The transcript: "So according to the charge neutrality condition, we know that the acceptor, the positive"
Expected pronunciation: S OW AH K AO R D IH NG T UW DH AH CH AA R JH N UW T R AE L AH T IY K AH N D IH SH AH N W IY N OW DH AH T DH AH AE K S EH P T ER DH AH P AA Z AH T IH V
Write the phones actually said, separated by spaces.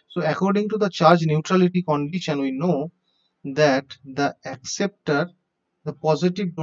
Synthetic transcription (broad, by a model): S OW AH K AO R D IH NG T UW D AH CH AA R JH N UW T R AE L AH T IY K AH N D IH SH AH N W IY N OW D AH T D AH AE K S EH P T ER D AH P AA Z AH T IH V